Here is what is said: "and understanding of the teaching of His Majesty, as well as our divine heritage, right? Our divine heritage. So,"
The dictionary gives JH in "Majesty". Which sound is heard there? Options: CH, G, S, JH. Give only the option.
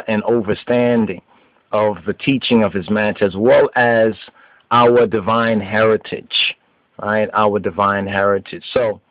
CH